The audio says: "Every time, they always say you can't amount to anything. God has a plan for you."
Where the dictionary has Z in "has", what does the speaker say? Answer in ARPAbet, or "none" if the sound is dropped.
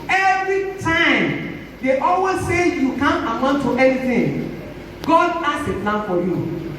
S